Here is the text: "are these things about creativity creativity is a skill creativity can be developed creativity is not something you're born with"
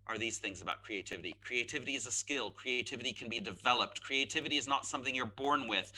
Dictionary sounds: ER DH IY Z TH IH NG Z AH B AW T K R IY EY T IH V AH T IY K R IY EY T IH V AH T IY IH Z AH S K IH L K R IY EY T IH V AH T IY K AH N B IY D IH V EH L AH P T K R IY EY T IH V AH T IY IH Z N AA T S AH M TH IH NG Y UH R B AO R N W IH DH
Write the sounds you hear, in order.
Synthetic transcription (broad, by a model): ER DH IY Z TH IH NG Z AH B AW T K R IY EY T IH V AH T IY K R IY EY T IH V AH T IY IH Z AH S K IH L K R IY EY T IH V AH T IY K AH N B IY D IH V EH L AH P T K R IY EY T IH V AH T IY IH Z N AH T S AH M TH IH NG Y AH R B AO R N W IH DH